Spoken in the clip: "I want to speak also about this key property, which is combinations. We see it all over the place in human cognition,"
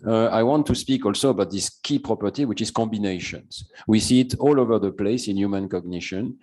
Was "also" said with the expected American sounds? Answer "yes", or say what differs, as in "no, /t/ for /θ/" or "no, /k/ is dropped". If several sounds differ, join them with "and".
yes